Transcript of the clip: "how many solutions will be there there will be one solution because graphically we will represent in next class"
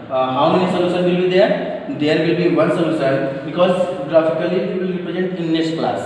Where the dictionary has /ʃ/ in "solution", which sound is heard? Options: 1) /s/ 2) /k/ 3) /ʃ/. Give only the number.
1